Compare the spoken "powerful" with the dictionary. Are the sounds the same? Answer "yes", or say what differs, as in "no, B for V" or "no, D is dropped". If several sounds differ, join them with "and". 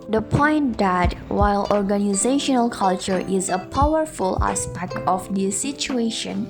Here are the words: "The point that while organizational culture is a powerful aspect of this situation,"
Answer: yes